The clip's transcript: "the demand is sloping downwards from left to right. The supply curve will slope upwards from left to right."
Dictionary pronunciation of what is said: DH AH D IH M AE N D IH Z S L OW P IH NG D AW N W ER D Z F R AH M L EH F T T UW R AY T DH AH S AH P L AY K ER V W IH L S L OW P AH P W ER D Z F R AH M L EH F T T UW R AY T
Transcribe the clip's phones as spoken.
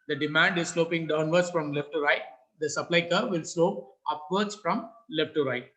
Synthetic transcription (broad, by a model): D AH D IH M AE N D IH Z S L OW P IH NG D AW N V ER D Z F R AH M L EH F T T UW R AY T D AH S AH P L AY K ER V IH L S L OW P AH P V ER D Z F R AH M L EH F T T UW R AY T